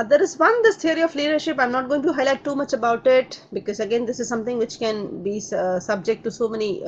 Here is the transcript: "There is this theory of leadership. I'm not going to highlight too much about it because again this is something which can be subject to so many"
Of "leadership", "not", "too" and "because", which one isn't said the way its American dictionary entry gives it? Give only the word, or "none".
none